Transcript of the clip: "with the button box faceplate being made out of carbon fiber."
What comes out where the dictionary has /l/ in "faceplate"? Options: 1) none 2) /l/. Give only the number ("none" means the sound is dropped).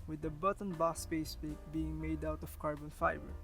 1